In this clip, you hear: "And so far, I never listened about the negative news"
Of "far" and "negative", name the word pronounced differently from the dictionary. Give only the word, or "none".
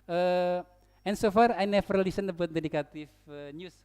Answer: negative